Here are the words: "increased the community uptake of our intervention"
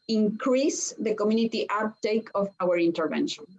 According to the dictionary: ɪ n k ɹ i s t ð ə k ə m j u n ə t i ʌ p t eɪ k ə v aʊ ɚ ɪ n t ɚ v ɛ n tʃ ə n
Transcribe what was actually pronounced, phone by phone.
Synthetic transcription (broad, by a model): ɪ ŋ k ɹ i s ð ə k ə m j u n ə t i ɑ t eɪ k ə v aʊ ɚ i n t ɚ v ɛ n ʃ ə n